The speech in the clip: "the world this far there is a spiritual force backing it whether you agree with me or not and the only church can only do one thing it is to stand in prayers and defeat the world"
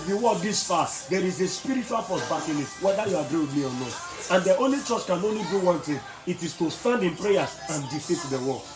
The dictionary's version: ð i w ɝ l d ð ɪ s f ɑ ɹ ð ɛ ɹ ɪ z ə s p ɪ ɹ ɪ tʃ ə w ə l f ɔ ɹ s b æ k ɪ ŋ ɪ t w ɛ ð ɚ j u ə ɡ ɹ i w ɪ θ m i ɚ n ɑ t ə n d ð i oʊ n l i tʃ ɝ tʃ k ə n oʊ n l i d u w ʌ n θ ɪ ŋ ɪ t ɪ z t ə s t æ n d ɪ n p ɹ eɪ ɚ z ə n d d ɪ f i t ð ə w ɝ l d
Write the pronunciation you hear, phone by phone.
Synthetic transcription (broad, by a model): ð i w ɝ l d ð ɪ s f ɑ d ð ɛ ɹ ɪ z ə s p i ɹ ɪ tʃ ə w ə l p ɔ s b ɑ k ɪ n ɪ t w ɛ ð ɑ j u ə ɡ ɹ i w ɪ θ m i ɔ n ɑ t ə n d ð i oʊ n l i tʃ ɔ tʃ k ə n oʊ n l i d u w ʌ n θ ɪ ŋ ɪ t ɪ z t ə s t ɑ n d ɪ n p ɹ eɪ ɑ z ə n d d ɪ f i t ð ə w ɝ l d